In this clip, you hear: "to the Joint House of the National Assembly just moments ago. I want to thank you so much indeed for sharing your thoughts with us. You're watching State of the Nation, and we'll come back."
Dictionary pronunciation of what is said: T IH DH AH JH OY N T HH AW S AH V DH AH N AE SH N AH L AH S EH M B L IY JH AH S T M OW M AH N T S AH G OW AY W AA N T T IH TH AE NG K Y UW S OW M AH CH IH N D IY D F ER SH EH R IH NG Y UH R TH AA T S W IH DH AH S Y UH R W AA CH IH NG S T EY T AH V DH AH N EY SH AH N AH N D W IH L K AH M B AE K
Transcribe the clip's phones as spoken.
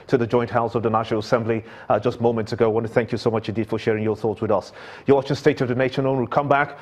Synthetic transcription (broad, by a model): T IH DH AH JH OY N T HH AW S AH V DH AH N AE SH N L AH S EH M B L IY JH AH S T M OW M AH N T S AH G OW AY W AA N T T IH TH AE NG K Y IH S OW M AH CH IH N D IY D F ER SH EH R IH NG Y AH R TH AA T S W IH DH AH S Y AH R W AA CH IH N S T EY T AH V DH AH N EY SH AH N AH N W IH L K AH M B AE K